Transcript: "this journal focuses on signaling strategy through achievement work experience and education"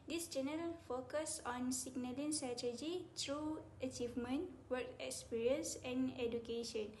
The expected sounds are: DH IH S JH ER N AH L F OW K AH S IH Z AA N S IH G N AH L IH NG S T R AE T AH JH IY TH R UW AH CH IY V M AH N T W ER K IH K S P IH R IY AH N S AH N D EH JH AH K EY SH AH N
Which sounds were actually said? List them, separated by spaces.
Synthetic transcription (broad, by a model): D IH S JH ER N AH L F OW K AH S AA N S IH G N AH L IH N S T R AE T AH JH IY T R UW AH CH IY V M AH N T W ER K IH K S P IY R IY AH N S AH N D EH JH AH K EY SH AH N